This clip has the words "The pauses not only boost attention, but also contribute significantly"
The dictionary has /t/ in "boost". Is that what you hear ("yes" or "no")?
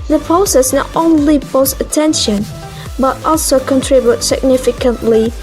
no